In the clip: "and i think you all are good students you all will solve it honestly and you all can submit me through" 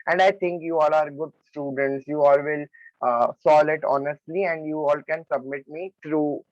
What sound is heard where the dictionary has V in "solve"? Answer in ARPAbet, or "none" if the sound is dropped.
none